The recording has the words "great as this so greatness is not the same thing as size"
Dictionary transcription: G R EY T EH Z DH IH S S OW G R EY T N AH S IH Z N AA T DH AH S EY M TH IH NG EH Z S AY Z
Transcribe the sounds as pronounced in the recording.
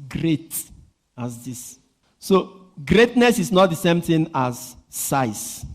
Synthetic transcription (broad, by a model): G R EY T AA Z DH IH S S OW G R EY T N AH S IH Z N AA T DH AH S EY M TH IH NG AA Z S AY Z